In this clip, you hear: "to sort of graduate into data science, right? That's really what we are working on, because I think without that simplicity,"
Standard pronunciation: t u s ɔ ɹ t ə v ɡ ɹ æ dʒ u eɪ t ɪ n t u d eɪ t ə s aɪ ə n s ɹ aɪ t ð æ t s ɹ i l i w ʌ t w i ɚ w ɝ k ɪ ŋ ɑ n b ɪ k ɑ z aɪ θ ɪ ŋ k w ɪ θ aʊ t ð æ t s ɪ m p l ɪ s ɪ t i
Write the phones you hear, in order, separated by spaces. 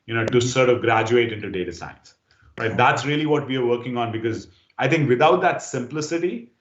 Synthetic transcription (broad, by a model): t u s ɔ ɹ t ə v ɡ ɹ æ dʒ u eɪ t ɪ n t u d eɪ t ə s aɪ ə n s ɹ aɪ t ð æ t s ɹ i l i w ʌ t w i ɚ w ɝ k ɪ ŋ ɑ n b ɪ k ɑ z aɪ t ɪ ŋ k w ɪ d aʊ t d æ t s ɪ m p l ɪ s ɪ t i